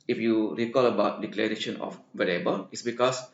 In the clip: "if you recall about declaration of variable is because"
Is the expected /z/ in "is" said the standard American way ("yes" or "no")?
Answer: no